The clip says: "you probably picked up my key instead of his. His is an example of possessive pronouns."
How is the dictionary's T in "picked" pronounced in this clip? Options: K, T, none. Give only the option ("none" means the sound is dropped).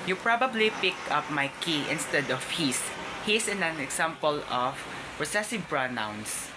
none